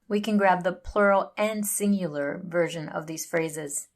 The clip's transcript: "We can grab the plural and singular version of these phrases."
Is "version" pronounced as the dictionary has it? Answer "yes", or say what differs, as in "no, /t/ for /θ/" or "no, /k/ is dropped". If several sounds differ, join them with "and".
yes